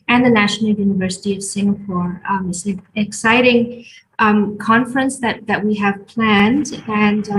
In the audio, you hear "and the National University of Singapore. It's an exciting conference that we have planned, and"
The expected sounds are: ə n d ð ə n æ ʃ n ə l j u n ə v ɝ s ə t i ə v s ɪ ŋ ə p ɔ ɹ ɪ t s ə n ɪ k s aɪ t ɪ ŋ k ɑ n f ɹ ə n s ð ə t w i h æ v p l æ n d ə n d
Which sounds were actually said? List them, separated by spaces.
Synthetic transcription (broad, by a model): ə n ð ə n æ ʃ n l j u n ə v ɝ s ə t i ə v s ɪ ŋ ə p ɔ ɹ ɪ t s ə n ɪ k s aɪ t ɪ ŋ k ɑ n f ɹ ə n s ð ə t w i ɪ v p l æ n d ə n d